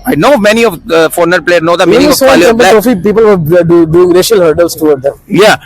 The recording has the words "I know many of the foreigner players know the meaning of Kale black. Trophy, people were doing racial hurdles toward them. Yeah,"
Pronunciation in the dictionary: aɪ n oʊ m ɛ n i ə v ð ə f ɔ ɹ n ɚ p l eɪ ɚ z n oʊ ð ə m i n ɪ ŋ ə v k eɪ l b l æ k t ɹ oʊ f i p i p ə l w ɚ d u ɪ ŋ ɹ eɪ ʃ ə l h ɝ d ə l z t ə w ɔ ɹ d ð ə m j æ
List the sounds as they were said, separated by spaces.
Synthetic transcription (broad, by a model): aɪ n oʊ m ɛ n i ə v f ɔ ɹ n ɚ p l eɪ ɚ n oʊ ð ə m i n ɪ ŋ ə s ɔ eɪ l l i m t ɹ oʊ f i p i p ə l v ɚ d u ɪ ŋ ɹ eɪ ʃ ə l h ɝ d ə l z t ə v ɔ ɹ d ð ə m j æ